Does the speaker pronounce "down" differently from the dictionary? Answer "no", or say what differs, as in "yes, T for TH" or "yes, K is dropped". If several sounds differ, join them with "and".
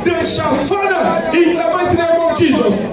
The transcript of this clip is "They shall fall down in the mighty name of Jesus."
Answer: yes, N is dropped